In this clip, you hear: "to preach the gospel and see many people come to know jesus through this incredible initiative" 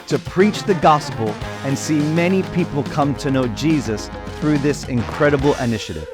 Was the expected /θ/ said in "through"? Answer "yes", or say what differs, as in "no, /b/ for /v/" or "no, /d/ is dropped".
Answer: yes